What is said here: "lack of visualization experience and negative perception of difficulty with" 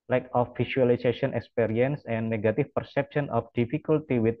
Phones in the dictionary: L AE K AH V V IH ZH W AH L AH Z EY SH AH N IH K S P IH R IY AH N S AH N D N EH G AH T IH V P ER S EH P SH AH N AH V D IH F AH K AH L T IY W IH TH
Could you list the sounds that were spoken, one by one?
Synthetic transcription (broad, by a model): L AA K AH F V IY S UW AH L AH S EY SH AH N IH K S P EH R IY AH N S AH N N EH G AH T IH F P ER S EH P SH AH N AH F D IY F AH K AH L T IY W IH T